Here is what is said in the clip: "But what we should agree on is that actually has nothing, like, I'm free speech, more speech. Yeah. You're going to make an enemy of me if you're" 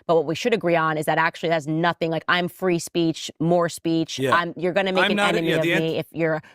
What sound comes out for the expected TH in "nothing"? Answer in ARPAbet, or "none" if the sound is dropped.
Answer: TH